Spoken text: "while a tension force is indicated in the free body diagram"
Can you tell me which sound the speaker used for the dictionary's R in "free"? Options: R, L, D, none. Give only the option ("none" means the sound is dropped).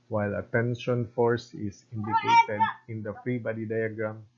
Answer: R